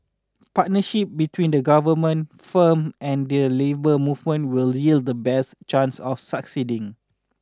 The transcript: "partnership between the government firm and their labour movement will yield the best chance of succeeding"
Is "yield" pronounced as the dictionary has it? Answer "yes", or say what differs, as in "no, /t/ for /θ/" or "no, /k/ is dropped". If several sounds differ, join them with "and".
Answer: yes